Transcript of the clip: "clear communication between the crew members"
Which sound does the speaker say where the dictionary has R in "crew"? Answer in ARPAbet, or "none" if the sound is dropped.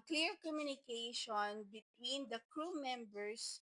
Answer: R